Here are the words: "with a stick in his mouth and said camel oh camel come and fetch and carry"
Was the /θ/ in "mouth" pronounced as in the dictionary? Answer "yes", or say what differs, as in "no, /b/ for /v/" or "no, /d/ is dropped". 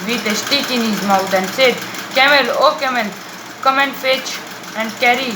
no, /t/ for /θ/